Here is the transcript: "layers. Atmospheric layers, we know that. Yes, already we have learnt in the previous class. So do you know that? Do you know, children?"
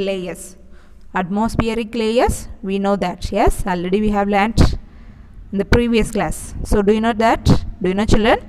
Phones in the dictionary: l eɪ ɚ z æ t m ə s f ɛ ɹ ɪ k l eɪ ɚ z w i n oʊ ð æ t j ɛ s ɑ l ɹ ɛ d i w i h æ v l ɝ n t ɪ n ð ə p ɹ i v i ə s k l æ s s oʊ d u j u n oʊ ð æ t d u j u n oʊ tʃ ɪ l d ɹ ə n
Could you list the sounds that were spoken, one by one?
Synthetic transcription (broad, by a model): l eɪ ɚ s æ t m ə s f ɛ ɹ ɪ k l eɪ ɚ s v i n oʊ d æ t j ɛ s ɑ l ɹ ɛ d i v i h æ v l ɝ n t ɪ n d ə p ɹ i v i ə s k l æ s s oʊ d u j u n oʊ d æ t d u j u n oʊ tʃ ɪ l d ɹ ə n